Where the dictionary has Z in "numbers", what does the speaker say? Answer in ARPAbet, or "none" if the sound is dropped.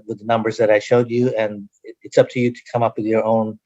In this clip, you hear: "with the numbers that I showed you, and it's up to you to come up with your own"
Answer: Z